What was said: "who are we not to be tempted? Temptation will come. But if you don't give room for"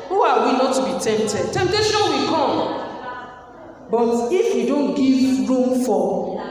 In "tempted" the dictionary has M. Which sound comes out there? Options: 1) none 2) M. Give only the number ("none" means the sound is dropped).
2